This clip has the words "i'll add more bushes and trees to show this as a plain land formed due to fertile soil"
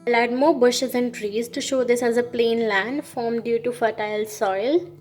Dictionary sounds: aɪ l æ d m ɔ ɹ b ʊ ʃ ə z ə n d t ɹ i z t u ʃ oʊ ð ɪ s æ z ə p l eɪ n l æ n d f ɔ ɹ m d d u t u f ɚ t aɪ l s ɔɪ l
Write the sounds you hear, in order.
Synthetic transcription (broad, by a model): l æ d m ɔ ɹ b ʊ ʃ ə z ə n d t ɹ i z t u ʃ oʊ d ɪ s æ z ə p l eɪ n l æ n d f ɔ ɹ m d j u t u f ɚ t aɪ l s ɔɪ l